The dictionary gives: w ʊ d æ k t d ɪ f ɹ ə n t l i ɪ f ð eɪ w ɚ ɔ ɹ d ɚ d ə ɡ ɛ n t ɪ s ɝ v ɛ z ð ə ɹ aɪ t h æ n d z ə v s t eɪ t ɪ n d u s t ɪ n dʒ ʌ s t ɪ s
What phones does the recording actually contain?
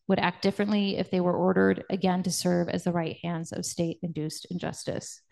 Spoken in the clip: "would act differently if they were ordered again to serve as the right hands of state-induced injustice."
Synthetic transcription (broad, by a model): w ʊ d æ k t d ɪ f ɹ ə n t l i ɪ f ð eɪ w ɚ ɔ ɹ d ɚ d ə ɡ ɛ n t ɪ s ɝ v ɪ z ð ə ɹ aɪ t h æ n d z ə v s t eɪ t ɪ n d u s t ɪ n dʒ ʌ s t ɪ s